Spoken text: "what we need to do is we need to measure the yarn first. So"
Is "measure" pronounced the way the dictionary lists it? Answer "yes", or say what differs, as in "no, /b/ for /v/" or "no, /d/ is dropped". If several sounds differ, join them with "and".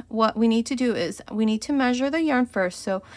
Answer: yes